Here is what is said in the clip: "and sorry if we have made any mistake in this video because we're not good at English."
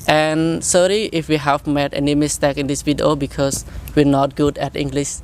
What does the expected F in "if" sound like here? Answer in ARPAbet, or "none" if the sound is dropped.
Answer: F